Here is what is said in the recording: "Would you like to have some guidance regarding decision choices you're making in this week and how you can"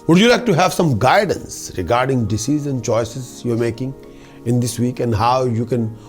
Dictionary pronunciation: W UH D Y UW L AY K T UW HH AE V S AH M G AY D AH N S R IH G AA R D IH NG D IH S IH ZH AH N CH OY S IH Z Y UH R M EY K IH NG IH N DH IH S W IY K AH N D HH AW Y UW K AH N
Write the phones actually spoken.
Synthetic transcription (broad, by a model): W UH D Y UW L AY K T UW HH AE V S AH M G AY D AH N S R IH G AA R D IH NG D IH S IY Z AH N CH OY S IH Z Y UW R M EY K IH NG IH N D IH S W IY K AH N D HH AW Y UW K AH N